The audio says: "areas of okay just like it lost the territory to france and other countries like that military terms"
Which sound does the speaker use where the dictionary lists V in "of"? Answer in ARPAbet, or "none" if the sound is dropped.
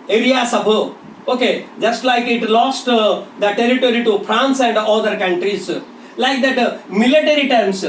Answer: B